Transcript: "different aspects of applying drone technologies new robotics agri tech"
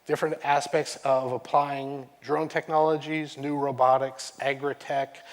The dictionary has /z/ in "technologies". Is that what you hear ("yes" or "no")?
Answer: yes